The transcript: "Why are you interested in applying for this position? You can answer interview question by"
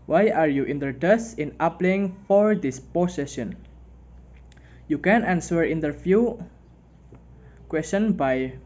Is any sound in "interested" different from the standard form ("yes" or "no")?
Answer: yes